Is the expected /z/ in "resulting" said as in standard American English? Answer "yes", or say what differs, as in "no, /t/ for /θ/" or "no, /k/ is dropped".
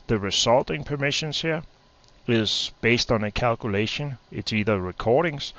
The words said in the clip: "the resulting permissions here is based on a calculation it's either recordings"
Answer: no, /s/ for /z/